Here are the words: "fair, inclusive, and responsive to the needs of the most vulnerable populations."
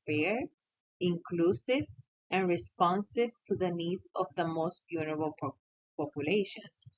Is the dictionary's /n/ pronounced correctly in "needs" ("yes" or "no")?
yes